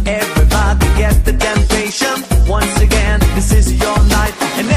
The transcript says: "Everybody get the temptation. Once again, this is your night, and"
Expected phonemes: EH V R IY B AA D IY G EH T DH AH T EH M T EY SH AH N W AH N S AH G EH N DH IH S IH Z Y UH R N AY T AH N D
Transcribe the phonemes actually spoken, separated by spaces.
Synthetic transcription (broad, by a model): EH V R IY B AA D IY G EH T DH AH T EH M T EY SH AH N W AH N S AH G EH N DH IH S IH Z Y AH R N AY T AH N